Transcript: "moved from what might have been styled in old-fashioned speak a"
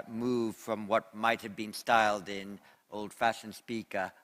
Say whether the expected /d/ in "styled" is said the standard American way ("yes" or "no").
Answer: yes